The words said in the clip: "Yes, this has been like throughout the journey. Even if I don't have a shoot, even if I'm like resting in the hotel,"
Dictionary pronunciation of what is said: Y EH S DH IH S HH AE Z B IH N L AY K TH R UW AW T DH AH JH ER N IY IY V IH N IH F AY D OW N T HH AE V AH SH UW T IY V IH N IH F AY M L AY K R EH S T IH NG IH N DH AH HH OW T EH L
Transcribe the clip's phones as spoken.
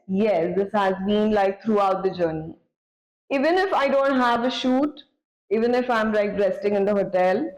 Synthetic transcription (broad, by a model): Y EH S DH IH S HH AE Z B IH N L AY K T R UW AW T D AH JH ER N IY IY V IH N IH F AY D OW N T HH AE V AH SH UW T IY V IH N IH F AY M L AY K R EH S T IH NG IH N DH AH HH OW T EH L